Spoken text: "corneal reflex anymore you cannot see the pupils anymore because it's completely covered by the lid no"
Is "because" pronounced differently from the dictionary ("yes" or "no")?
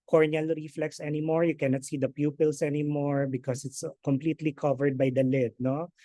yes